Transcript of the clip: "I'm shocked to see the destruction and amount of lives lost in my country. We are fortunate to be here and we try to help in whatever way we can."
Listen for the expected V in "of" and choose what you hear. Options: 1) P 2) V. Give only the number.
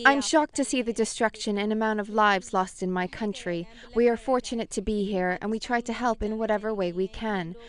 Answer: 2